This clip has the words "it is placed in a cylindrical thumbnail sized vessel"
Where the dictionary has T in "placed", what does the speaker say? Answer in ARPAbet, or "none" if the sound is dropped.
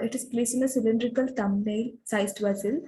none